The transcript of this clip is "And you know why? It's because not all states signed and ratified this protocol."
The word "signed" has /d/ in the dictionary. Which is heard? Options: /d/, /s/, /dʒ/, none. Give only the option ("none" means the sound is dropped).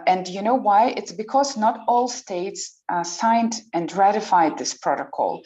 /d/